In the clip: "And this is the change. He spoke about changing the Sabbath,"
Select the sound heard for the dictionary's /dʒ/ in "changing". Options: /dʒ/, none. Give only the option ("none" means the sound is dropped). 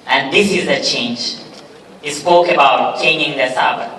none